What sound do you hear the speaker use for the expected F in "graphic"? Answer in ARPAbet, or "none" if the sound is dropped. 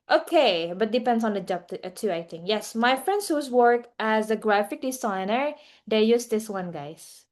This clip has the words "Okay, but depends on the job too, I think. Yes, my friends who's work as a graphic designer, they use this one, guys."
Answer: F